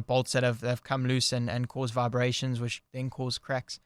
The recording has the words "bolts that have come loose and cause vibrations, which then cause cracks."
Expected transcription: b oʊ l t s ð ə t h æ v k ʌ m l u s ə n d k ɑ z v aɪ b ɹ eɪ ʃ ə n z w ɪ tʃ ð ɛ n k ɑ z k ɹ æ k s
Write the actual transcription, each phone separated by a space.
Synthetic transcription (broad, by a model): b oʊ l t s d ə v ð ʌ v k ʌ m l u s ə n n k ɑ z v aɪ b ɹ eɪ ʃ ə n z w ɪ tʃ ð ɛ n k ɑ z k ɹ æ k s